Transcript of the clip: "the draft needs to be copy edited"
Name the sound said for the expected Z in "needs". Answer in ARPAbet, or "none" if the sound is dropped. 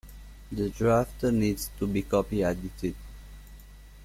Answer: S